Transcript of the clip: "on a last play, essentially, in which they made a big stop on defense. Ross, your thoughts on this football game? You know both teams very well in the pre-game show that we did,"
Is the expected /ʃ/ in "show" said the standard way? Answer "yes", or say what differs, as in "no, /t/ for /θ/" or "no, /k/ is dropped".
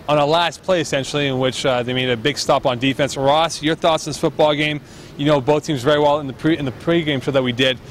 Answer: no, /s/ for /ʃ/